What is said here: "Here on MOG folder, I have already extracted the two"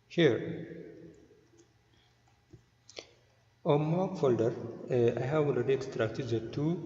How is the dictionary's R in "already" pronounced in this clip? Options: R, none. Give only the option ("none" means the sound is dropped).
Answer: none